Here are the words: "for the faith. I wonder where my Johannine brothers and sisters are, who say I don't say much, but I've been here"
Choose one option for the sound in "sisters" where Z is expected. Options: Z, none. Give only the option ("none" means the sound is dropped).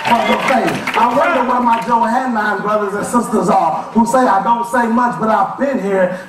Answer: Z